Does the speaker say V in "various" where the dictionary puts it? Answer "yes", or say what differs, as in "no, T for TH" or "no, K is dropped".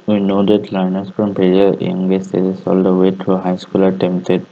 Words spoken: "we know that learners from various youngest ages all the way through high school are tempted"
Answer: no, P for V